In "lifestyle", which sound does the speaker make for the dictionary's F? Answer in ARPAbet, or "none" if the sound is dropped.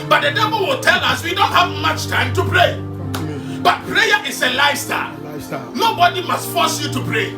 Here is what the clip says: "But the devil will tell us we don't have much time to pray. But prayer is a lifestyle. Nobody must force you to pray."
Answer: none